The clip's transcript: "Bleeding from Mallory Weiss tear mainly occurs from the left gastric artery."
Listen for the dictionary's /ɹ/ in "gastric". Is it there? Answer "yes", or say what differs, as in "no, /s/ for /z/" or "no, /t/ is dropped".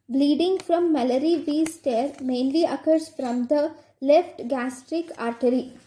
yes